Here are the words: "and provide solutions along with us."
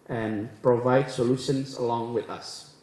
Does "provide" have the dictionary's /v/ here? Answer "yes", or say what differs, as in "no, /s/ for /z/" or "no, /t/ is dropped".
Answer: yes